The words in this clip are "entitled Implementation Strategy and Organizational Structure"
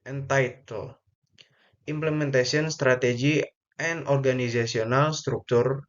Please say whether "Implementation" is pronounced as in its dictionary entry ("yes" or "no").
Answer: no